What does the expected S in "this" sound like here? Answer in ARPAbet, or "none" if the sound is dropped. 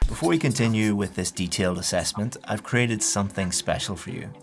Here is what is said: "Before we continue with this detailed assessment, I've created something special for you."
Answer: S